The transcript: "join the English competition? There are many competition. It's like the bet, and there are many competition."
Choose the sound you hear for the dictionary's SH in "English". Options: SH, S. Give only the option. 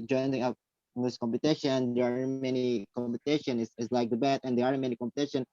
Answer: S